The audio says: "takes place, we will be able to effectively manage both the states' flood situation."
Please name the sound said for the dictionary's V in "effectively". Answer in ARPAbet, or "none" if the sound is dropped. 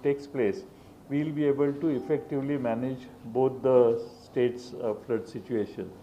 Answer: V